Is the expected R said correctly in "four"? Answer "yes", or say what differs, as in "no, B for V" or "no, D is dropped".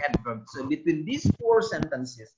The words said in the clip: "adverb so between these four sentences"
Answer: yes